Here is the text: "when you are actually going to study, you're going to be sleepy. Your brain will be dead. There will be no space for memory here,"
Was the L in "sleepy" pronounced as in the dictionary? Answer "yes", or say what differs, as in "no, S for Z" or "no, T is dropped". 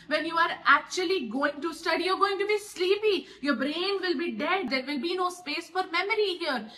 yes